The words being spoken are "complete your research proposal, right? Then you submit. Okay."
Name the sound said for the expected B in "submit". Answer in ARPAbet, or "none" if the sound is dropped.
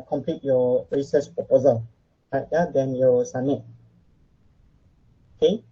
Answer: none